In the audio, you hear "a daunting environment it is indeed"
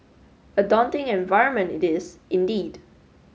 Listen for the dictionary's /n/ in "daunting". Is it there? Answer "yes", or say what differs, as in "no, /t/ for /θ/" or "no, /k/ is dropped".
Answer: yes